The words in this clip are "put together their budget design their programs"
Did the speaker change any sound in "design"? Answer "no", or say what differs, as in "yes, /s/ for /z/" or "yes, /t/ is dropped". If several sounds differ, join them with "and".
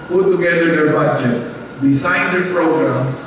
yes, /s/ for /z/